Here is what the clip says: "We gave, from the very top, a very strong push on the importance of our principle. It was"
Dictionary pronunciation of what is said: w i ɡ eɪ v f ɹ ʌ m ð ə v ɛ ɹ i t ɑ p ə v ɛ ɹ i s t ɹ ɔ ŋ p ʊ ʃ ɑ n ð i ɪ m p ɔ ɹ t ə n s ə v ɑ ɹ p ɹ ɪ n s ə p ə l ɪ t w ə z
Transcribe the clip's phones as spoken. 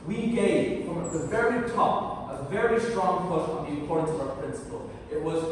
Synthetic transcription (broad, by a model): w i ɡ eɪ v f ɹ ʌ m ð ə v ɛ ɹ i t ɑ p ə v ɛ ɹ i s t ɹ ɔ ŋ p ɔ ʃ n ð i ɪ p ɔ ɹ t n s ə v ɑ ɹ p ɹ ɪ n s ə p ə l ɪ t w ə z